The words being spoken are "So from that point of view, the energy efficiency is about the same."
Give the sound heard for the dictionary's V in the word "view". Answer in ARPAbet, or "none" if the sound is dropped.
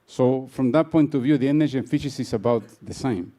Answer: V